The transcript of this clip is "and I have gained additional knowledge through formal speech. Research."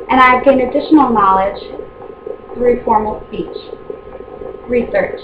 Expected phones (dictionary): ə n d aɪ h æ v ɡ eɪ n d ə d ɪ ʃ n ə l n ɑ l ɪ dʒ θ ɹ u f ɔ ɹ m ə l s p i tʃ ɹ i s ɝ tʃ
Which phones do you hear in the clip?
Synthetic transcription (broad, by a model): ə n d aɪ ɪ v ɡ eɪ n ə d ɪ ʃ n l n ɑ l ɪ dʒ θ ɹ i f ɔ ɹ m l s p i tʃ ɹ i s ɝ tʃ